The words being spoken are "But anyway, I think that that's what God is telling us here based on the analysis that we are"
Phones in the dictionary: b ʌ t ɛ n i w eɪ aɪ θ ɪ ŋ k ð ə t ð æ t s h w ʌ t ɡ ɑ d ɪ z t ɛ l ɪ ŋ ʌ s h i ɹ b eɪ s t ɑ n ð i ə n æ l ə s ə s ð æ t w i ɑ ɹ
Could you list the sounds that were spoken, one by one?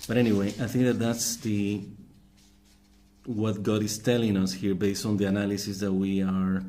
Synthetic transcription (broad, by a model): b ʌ t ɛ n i w eɪ aɪ θ ɪ ŋ k ð ə t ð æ t s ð w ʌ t ɡ ɑ d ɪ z t ɛ l ɪ ŋ ʌ s h i ɹ b eɪ s t ɑ n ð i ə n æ l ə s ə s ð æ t w i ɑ ɹ